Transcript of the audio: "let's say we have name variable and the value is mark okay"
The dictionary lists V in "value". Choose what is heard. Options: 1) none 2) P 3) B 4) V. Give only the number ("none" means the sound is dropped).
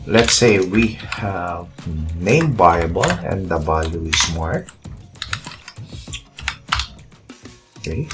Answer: 3